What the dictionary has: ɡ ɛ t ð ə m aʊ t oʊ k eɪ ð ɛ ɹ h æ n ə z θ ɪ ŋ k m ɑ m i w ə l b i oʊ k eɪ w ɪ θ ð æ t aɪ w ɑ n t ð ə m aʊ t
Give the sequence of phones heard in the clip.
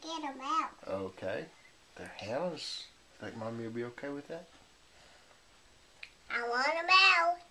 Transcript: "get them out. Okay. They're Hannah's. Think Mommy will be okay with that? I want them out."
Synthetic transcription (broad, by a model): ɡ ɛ t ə m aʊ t oʊ k eɪ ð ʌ ɹ h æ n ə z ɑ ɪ k m ɑ m i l b i oʊ k eɪ w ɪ ð æ t aɪ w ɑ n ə m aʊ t